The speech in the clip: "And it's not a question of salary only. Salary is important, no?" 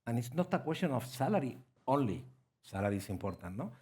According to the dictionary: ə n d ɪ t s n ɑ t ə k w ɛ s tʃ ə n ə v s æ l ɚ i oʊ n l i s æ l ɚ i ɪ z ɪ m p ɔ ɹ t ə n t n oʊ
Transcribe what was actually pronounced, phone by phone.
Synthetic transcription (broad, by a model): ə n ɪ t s n ɑ t ə k w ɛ s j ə n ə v s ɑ l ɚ i oʊ n l i s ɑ l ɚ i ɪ s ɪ m p ɔ ɹ t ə n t n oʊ